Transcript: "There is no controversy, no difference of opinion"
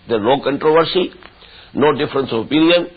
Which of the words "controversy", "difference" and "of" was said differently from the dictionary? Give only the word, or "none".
of